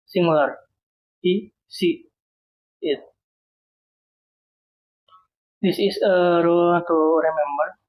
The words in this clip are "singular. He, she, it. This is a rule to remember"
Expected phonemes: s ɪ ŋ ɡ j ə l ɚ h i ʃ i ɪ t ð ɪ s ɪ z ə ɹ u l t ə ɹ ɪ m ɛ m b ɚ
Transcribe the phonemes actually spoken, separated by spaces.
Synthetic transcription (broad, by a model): s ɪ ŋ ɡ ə l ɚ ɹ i s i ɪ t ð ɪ s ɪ s ə ɹ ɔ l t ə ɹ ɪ m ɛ m b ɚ